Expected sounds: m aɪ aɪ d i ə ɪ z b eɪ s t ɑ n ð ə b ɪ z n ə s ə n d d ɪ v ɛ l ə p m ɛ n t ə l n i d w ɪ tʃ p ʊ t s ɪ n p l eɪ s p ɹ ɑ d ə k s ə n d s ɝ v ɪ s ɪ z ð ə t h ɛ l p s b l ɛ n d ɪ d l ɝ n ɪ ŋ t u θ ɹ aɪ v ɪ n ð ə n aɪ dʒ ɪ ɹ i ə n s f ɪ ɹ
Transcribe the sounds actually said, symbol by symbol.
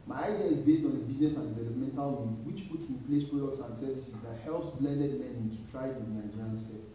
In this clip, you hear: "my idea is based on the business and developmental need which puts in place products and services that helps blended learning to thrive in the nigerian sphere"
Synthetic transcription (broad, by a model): m aɪ aɪ d i ə ɪ z b eɪ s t ɑ n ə b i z n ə s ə n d d ɪ v ɛ l ə p m ɛ n t ə l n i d w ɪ tʃ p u t s ɪ n p l eɪ s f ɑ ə s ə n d s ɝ v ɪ s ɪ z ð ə t h ɛ l p s b l ɛ n d ɪ d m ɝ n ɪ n t u t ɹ aɪ ɪ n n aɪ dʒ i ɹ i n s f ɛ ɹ